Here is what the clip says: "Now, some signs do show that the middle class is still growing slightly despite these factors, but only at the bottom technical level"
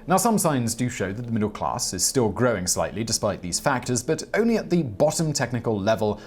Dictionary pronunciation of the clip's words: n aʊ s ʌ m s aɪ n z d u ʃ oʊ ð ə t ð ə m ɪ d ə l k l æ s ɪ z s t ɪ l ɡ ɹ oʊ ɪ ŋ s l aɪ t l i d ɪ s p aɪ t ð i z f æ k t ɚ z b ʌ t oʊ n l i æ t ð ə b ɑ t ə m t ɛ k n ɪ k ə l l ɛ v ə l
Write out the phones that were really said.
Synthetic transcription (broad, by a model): n aʊ s ʌ m s aɪ n z d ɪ ʃ oʊ ð ə t ð ə m ɪ d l k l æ s ɪ z s t ɪ l ɡ ɹ oʊ ɪ ŋ s l aɪ t l i d ɪ s p aɪ t ð i z f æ k t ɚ z b ʌ t oʊ n l i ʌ t ð ə b ɑ t ə m t ɛ k n ɪ k ə l l ɛ v ə l